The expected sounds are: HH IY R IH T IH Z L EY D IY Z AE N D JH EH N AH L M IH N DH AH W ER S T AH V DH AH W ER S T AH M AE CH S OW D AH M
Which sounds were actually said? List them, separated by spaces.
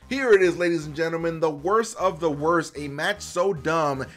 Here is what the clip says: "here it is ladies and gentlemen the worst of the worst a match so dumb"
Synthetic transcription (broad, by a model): HH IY R IH T IH Z L EY D IY Z N JH EH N L M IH N DH AH W ER S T AH V DH AH W ER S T AH M AE CH S OW D AH M